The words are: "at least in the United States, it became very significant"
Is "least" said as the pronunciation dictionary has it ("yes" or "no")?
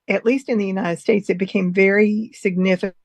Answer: yes